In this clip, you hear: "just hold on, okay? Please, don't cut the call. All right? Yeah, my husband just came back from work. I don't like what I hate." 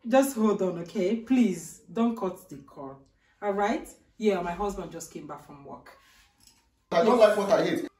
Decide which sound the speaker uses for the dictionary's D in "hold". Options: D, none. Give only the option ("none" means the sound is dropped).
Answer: D